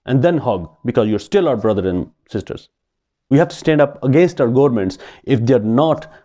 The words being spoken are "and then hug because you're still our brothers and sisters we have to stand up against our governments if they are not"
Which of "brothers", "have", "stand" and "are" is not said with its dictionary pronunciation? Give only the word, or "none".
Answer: brothers